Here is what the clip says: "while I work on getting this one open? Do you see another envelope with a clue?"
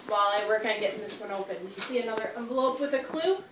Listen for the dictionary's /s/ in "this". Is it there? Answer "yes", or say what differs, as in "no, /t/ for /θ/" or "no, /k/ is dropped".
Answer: yes